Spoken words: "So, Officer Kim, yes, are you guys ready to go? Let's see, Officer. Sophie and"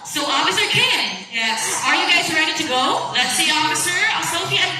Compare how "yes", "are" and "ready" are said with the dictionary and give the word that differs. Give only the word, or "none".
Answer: yes